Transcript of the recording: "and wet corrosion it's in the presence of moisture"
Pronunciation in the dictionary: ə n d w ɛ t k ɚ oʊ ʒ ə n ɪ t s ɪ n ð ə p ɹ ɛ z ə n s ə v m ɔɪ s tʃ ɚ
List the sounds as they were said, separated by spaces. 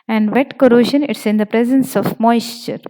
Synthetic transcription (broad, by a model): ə n d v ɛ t k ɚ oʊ ʃ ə n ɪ t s ɪ n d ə p ɹ ɛ z ə n s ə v m ɔɪ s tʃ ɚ